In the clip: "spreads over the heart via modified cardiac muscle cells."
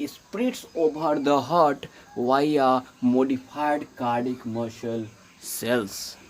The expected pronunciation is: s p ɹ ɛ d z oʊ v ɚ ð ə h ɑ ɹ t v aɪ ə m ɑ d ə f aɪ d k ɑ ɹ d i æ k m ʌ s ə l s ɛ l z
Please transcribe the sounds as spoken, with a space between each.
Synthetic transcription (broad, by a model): s p ɹ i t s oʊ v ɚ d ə h ɑ ɹ t v aɪ ə m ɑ d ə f aɪ d k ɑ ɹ d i k m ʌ ʃ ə l s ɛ l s